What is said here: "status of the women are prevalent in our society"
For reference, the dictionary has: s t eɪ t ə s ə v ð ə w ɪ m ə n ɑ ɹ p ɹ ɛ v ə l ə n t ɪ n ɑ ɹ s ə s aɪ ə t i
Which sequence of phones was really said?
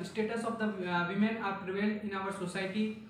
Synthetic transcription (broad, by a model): s t eɪ t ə s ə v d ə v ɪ m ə n ɑ ɹ p ɹ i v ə l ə n ɪ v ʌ ɹ s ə s aɪ t i